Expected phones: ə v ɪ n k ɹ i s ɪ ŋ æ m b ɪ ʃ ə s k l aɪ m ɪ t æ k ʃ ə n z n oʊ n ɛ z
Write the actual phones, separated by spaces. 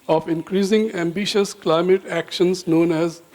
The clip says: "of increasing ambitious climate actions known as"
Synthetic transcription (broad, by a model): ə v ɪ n k ɹ i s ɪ ŋ æ m b ɪ ʃ ə s k l aɪ m ɪ t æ k ʃ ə n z n oʊ n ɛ z